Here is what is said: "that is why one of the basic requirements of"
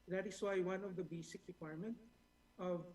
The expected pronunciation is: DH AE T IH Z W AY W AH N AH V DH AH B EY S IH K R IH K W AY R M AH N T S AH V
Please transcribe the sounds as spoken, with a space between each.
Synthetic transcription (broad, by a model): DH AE T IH S W AY W AH N AH V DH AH B EY S IH K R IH K W AY R M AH N T AH V